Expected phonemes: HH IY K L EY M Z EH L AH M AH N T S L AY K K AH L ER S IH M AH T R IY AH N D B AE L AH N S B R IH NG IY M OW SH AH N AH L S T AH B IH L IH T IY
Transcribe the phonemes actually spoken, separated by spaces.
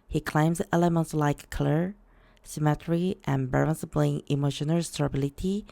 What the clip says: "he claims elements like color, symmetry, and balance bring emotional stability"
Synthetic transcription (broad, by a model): HH IY K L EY M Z EH L AH M AH N T S L AY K K AH L ER S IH M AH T R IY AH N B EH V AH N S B L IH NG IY M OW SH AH N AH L S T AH B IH L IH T IY